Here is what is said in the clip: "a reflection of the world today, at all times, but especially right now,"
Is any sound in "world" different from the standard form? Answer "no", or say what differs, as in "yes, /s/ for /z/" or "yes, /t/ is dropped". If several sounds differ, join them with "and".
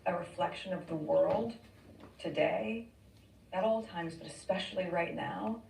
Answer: no